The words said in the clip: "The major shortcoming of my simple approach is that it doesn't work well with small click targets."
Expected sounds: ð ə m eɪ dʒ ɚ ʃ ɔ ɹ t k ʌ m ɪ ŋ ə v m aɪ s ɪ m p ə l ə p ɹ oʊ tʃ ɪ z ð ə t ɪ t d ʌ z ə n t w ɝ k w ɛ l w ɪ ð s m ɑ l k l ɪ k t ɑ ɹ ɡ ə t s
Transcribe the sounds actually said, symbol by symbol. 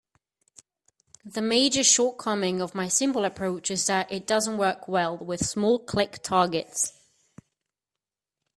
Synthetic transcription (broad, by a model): ð ə m eɪ dʒ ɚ ʃ ɔ t k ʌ m ɪ ŋ ə v m aɪ s ɪ m b ə l ə p ɹ oʊ tʃ ɪ z ð ə t ɪ t d ʌ z ə n t w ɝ k w ɛ l w ɪ ð s m ɑ l k l ɪ k t ɑ ɡ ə t s